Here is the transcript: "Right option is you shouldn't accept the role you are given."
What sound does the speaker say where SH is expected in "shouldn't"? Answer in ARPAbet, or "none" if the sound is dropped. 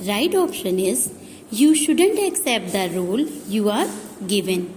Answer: SH